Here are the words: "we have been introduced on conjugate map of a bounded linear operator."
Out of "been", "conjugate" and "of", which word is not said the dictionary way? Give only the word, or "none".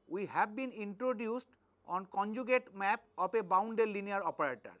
of